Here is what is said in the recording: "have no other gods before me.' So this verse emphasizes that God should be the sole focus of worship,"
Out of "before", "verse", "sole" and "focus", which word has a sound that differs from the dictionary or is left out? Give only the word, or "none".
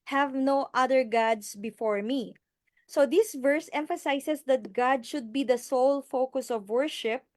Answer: none